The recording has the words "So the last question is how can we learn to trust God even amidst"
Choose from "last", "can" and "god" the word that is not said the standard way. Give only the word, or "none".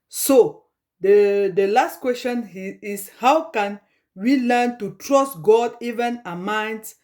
none